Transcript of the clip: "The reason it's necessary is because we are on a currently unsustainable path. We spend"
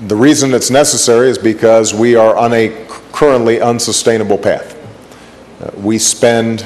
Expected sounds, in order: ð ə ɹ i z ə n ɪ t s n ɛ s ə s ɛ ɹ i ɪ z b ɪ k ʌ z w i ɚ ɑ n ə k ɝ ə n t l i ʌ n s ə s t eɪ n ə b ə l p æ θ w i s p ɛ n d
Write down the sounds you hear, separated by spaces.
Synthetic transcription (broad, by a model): ð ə ɹ i z ə n ɪ t s n ɛ s ə s ɛ ɹ i ɪ z b ɪ k ʌ z w i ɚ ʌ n ə k ɝ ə n t l i ʌ n s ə s t eɪ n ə b l p æ θ w i s p ɛ n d